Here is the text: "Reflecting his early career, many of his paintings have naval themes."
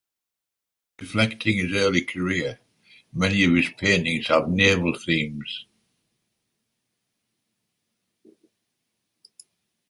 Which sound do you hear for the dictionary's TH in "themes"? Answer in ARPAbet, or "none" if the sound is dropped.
TH